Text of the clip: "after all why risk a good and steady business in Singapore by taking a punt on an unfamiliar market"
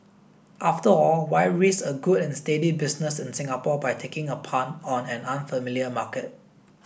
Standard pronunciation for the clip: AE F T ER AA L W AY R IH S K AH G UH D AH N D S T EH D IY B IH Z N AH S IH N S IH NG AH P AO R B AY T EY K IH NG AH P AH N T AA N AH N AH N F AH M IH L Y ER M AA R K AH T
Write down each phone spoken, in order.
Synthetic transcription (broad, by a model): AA F T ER AA L W AY R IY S AH G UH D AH N S T EH D IY B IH S N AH S IH N S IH NG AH P AO B AY T EY K IH NG AH P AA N AA N AH N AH N F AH M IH L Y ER M AA K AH T